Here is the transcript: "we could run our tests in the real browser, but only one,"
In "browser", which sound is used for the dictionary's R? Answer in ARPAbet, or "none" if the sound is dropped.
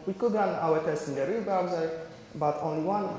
none